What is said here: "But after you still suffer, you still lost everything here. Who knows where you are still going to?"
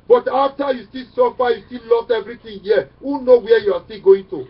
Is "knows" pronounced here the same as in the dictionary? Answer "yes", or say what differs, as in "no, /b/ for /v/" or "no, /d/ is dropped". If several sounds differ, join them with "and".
no, /z/ is dropped